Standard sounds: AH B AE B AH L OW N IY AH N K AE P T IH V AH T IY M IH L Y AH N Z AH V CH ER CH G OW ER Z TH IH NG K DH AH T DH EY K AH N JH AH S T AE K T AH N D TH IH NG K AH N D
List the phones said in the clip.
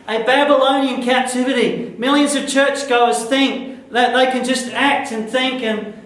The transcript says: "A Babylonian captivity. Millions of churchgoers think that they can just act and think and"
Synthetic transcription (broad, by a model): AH B AE B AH L OW N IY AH N K AE P T IH V AH T IY M IH L Y AH N Z AH V CH ER CH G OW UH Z TH IH NG K DH AH T DH EY K AH N JH AH S T AE K T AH N TH IH NG K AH N